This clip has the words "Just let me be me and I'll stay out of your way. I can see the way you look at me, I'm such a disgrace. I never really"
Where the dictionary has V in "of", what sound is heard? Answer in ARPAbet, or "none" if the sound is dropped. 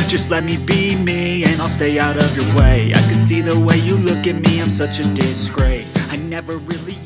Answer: V